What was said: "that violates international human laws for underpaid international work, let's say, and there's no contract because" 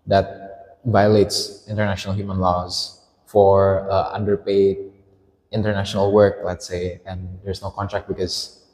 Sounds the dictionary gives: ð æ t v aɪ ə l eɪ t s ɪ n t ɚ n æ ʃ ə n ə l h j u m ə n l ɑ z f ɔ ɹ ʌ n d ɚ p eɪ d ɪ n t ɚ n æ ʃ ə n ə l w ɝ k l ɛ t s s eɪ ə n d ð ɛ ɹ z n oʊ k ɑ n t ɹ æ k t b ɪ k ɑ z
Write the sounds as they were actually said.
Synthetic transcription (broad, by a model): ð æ t v aɪ ə l eɪ t s ɪ n t ɚ n æ ʃ ə n ə l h j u m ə n l ɑ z f ɔ ɹ ʌ n d ɚ p eɪ d ɪ n t ɚ n æ ʃ ə n ə l w ɝ k l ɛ t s s eɪ ə n d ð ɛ ɹ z n oʊ k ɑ n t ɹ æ k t b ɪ k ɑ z